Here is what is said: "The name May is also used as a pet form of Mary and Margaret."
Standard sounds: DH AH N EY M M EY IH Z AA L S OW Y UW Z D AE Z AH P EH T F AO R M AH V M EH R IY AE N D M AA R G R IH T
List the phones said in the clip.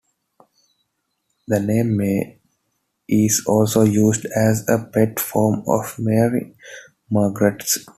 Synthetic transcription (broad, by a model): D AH N EY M M EY IH Z AA L S OW Y UW Z D AE Z AH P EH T F AO R M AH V M EH R IY M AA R G R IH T